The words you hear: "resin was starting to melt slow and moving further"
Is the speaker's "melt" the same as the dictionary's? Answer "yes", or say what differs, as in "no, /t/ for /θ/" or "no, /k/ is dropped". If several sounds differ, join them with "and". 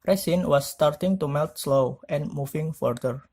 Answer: yes